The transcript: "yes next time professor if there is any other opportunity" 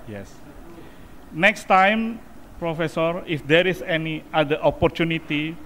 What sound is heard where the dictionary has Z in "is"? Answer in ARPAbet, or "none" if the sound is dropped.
S